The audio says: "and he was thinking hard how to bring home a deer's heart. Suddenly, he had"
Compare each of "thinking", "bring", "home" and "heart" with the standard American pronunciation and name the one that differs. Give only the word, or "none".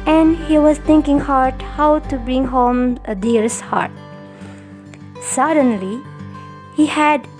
thinking